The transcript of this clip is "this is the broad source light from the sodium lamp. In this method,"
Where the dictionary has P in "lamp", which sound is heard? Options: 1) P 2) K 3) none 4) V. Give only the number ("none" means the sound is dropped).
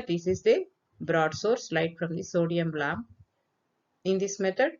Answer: 3